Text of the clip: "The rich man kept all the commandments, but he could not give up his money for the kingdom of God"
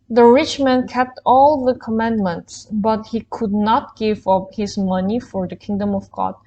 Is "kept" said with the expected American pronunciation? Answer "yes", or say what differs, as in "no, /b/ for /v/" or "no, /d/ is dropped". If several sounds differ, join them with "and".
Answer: yes